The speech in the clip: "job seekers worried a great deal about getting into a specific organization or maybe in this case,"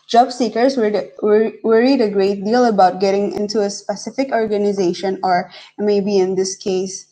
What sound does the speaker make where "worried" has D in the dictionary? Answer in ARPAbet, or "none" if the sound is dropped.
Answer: D